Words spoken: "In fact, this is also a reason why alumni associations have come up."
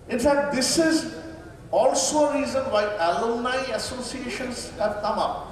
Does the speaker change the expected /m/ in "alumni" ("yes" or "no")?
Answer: yes